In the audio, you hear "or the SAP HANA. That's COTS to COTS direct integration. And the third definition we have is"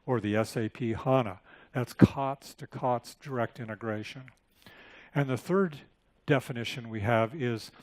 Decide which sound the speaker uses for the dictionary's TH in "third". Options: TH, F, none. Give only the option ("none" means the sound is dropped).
TH